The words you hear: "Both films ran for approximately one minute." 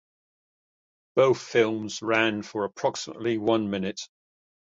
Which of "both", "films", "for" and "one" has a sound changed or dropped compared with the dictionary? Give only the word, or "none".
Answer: none